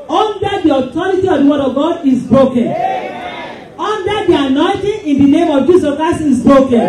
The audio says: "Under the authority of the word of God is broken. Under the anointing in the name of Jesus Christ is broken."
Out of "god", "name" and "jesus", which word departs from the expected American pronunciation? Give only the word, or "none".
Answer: jesus